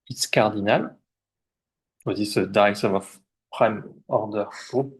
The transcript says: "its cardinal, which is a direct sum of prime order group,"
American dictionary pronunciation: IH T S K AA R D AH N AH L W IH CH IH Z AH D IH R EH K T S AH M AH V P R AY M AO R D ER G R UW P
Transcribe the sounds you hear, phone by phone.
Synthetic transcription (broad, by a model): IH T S K AA R D AH N AH L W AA S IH S AH D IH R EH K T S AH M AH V P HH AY M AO R D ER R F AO